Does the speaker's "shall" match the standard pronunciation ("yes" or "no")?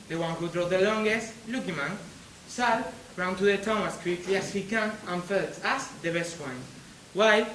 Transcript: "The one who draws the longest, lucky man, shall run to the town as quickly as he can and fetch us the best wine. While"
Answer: no